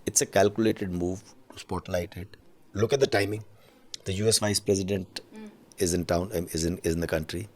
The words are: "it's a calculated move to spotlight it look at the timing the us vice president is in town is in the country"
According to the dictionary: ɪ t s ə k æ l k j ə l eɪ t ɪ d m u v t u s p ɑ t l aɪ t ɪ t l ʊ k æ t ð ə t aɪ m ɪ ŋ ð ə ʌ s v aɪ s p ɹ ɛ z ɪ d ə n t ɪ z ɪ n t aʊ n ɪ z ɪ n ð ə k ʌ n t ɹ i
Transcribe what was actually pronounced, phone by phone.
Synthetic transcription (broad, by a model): ɪ t s ə k æ l k j ə l eɪ t ɪ d m u v t u s p ɑ t l aɪ t ɪ t l ʊ k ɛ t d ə t aɪ m ɪ ŋ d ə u s v aɪ s p ɹ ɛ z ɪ d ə n t ɪ z ɪ n t aʊ n ɪ z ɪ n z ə k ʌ n t ɹ i